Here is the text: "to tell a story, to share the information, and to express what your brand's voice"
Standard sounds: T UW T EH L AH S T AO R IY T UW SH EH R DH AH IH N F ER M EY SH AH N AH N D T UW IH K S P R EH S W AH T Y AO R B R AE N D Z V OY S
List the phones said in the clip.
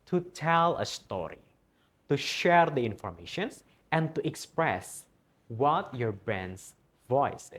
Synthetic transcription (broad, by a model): T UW T EH L AH S T AO R IY T UW SH EH R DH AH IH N F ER M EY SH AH N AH N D T UW IH K S P R EH S W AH T Y AO R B AE N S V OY S